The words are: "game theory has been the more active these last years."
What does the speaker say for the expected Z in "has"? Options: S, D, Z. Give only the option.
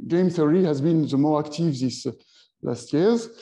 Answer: Z